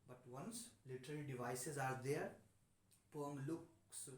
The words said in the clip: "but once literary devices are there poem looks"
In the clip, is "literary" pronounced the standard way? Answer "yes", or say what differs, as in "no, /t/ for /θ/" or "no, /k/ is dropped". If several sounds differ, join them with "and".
no, /l/ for /ɹ/